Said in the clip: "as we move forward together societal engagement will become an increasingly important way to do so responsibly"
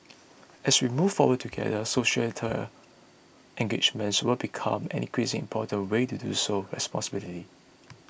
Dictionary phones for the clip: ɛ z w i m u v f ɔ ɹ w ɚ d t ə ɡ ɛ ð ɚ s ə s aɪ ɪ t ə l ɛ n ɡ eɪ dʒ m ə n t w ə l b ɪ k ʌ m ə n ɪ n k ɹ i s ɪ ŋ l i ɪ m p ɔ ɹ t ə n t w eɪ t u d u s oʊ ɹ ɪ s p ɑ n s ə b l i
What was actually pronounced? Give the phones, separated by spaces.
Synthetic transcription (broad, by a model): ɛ s w i m u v f ɔ w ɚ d t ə ɡ ɛ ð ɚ s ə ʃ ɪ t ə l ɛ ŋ ɡ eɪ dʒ m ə n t w ə l b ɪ k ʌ m ə n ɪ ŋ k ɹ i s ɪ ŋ i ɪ m p ɔ t ə n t w eɪ t u d u s oʊ ɹ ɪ s p ɑ n s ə b l i